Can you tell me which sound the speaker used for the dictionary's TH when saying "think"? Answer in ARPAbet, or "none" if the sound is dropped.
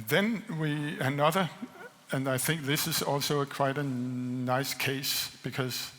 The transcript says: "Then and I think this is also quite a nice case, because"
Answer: TH